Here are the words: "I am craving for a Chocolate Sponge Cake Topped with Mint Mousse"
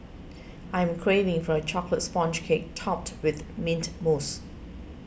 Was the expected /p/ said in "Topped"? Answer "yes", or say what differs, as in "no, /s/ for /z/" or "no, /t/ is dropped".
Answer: yes